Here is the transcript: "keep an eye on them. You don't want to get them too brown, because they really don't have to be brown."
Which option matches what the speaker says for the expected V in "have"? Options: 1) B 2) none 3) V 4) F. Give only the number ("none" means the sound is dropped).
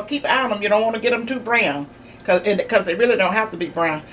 4